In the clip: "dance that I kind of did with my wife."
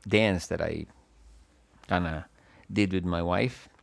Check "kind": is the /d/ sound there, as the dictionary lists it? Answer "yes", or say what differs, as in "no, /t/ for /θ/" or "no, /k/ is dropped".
no, /d/ is dropped